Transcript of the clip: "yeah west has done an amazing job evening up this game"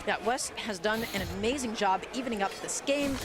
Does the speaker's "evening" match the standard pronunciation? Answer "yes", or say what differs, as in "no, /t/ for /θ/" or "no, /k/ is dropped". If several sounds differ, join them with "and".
yes